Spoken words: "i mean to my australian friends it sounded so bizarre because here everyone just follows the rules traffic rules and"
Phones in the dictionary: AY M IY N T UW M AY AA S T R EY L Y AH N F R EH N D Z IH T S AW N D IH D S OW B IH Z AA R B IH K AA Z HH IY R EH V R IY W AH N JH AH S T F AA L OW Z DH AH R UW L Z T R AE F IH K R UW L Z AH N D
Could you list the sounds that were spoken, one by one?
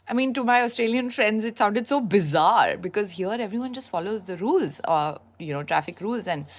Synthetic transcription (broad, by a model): AY M IY N T UW M AY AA S T R EY L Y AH N F R EH N D Z IH T S AW N D IH D S OW B IH Z AA R B IH K AA Z HH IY R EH V R IY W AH N JH AH S T F AA L OW Z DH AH R UW L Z T R AE F IH K R UW L Z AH N D